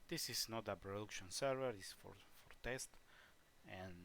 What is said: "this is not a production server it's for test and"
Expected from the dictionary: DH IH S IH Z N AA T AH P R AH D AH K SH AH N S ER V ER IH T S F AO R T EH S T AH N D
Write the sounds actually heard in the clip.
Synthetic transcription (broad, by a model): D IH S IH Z N AA T AH P R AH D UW K SH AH N S ER V ER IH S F F AO R T EH S T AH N